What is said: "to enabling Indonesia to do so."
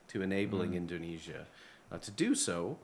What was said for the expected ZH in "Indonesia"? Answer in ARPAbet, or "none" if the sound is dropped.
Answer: ZH